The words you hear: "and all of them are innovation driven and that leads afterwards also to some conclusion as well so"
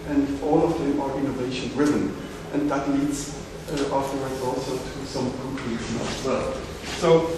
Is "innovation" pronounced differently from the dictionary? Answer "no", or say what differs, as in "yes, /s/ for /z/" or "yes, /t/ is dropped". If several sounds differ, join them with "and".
no